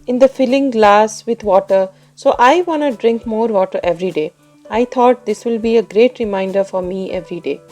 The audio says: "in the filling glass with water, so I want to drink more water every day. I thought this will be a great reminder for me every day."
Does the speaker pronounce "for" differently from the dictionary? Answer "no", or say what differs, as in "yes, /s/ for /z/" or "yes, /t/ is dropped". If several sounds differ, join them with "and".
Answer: no